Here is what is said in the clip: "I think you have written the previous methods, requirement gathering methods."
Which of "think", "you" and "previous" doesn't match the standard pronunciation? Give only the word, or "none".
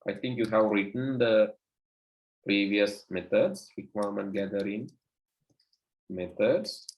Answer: think